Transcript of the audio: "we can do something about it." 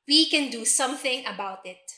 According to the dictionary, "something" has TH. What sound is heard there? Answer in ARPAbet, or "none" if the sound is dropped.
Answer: TH